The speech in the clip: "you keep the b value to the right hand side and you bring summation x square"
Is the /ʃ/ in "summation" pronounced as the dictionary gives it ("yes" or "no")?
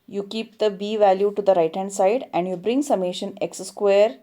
yes